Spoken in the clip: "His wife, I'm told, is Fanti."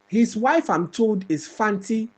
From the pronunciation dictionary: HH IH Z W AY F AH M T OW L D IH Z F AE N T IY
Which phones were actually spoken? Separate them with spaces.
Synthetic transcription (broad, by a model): HH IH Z W AY F AH M T OW L D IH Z F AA N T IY